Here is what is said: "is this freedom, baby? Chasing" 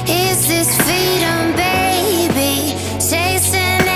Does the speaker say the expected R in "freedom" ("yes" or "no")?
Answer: no